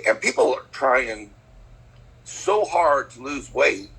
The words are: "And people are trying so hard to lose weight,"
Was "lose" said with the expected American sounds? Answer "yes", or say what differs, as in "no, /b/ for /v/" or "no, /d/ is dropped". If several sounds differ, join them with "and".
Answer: yes